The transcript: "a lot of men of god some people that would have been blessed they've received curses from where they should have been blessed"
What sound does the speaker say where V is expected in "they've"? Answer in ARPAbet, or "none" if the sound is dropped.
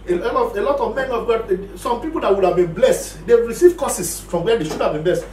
W